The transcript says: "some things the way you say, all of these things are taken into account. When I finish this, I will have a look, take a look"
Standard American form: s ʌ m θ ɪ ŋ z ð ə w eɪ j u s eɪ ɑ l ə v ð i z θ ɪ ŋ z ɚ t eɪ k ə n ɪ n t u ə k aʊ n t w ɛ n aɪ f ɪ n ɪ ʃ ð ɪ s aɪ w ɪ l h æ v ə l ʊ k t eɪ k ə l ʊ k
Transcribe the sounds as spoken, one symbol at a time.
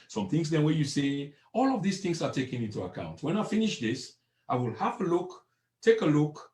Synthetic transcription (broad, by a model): s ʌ m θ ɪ ŋ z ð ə w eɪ j u s eɪ ɑ l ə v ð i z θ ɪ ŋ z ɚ t eɪ k ə n ɪ n t u ə k aʊ n t w ɛ n aɪ f ɪ n ɪ ʃ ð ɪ s aɪ w ɪ l h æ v ə l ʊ k t eɪ k ə l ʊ k